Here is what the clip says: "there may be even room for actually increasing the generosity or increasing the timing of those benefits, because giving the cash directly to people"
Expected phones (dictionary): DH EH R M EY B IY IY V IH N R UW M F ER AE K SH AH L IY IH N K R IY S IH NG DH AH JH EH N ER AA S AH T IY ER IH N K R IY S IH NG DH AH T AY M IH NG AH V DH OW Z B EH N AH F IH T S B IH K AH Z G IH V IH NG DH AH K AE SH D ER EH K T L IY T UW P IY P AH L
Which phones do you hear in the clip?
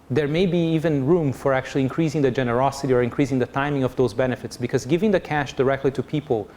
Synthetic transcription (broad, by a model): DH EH R M EY B IY IY V IH N R UW M F ER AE K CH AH L IY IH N K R IY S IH NG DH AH JH EH N ER AA S AH T IY ER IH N K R IY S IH NG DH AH T AY M IH NG AH V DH OW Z B EH N AH F IH T S B IH K AH Z G IH V IH NG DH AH K AE SH D ER EH K T L IY T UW P IY P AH L